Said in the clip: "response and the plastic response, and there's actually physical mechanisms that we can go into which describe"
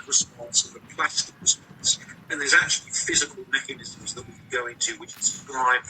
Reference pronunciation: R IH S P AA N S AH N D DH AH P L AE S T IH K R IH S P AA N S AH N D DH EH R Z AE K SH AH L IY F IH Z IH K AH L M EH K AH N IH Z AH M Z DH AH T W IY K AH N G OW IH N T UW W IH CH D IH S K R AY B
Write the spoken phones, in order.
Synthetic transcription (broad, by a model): R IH S P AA N S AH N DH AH P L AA S T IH K R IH S P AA N S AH N DH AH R Z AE K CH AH L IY F IH Z IH K AH L M EH K AH N IH Z AH M Z DH AH T W IY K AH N G OW IH N T UW W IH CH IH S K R AY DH